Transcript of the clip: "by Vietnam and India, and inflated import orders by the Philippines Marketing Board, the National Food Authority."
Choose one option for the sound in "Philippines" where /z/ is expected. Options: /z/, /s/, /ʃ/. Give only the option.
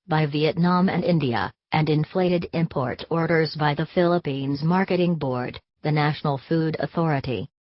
/z/